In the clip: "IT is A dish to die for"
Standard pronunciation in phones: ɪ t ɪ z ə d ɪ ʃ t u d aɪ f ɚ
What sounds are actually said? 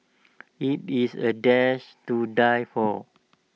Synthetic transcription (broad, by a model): ɪ t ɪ s ə d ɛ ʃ t u d aɪ f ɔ